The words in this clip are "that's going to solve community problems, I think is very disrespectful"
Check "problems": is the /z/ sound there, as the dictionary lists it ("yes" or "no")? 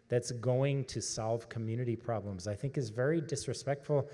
yes